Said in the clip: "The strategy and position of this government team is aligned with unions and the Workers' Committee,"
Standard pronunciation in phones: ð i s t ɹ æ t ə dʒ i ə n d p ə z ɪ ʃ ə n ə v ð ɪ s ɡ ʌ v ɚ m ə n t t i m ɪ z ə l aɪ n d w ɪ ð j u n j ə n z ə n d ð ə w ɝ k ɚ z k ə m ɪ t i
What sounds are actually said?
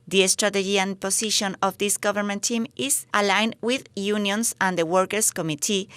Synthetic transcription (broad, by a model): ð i s t ɹ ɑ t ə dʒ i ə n p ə s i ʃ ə n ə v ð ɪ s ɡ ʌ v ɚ m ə n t t i m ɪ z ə l aɪ n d w ɪ ð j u n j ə n s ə n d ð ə w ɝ k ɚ s k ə m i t i